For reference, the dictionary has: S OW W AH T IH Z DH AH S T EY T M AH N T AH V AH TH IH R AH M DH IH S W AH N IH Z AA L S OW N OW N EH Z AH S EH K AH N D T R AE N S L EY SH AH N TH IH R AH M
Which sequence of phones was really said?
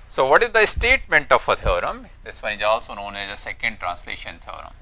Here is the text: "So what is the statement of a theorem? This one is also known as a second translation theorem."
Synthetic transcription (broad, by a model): S OW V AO T IH Z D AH S T EY T M AH N T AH F AH T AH R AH M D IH S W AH IH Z AA L S OW N OW N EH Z AH S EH K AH N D T R AE N S L EY SH AH N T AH R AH M